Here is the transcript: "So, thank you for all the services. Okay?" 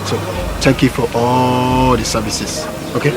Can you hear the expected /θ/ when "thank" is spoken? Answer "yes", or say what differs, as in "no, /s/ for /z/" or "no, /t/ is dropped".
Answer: no, /t/ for /θ/